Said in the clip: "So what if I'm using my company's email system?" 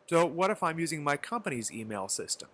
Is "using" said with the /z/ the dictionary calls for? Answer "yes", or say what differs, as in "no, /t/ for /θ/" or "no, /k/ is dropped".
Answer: yes